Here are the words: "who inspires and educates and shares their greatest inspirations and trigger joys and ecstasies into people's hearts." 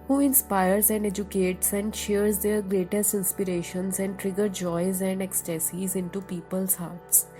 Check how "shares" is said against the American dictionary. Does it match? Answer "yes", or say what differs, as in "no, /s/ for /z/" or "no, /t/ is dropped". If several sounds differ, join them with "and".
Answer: yes